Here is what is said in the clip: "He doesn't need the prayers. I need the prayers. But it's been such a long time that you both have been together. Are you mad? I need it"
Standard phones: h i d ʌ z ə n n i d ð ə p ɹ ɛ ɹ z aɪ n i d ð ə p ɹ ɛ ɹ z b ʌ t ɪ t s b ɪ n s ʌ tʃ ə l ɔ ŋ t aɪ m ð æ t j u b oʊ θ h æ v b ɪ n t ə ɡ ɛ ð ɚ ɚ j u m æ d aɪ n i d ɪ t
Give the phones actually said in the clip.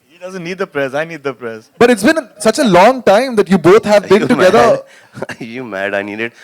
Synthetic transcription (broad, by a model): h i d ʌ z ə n n i d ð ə p ɹ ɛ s aɪ n i d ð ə p ɹ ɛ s b ʌ t ɪ t s b ɪ n s ʌ tʃ ə l ɔ ŋ t aɪ m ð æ t j u b oʊ t h æ v b ɪ n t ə ɡ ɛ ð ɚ ɚ j u m æ d aɪ n i d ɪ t